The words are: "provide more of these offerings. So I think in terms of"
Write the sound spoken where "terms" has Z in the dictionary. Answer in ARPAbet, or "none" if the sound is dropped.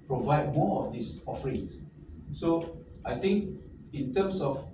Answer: S